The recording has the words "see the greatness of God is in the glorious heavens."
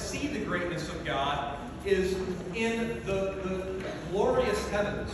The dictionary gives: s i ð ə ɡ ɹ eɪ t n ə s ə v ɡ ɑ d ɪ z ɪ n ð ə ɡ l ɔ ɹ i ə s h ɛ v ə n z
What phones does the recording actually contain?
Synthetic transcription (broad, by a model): s i ð ə ɡ ɹ eɪ t n ə s ə v ɡ ɑ d ɪ z ɪ n ð ə ɡ l ɔ ɹ i ə s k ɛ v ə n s